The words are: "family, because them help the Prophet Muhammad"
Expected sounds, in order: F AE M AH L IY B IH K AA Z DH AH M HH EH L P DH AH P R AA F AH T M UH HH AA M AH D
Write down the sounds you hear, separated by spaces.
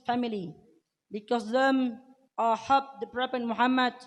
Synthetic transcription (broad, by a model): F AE M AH L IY B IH K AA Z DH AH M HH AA P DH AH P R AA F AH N M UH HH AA M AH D